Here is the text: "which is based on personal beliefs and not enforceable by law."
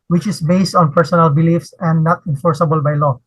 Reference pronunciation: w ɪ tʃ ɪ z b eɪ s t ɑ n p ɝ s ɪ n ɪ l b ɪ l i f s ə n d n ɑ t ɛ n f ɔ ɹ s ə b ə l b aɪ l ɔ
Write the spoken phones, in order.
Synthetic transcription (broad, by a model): w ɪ tʃ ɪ s b eɪ s t ɑ n p ɝ s ɪ n ɪ l b ɪ l i f s ə n d n ɑ t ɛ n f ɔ ɹ s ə b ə l b aɪ l ɔ